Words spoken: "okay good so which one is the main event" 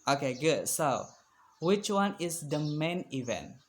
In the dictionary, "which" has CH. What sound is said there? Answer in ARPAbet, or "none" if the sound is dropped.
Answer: CH